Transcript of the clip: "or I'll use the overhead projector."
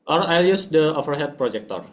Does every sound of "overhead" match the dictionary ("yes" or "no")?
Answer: no